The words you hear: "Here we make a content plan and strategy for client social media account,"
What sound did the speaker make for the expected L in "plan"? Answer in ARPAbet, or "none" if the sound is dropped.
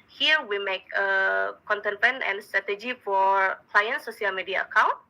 none